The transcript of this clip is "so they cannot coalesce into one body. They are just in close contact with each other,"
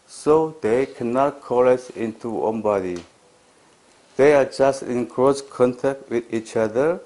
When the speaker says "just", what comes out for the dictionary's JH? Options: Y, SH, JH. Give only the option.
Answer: JH